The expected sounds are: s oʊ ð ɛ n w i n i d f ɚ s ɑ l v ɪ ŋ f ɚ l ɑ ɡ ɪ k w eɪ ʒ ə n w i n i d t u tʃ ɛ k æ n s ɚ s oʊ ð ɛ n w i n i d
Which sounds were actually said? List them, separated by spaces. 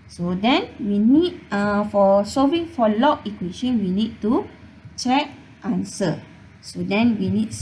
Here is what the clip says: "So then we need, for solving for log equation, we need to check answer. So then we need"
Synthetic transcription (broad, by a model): s oʊ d ɛ n w i n i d f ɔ s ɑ v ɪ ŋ f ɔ l ɑ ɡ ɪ k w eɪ ʃ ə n w i n i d t u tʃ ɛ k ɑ n s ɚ s oʊ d ɛ n w i n i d